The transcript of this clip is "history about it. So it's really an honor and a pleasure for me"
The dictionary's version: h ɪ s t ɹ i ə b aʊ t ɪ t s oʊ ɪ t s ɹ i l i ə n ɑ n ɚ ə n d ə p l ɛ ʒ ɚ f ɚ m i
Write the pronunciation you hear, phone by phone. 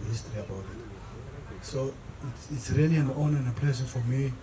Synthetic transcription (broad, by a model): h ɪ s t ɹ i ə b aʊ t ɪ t s oʊ ɪ t s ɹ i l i ə n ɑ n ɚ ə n ə p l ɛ s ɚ f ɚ m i